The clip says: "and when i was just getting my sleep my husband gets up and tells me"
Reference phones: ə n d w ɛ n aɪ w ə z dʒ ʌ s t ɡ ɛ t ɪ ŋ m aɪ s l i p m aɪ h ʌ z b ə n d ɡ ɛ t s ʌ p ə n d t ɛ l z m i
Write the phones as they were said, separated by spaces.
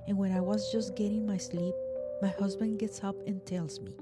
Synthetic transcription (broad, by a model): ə n w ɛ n aɪ w ə z dʒ ʌ s t ɡ ɛ t ɪ ŋ m aɪ s l i p m aɪ h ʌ z b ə n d ɡ ɛ t s ʌ p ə n t ɛ l z m i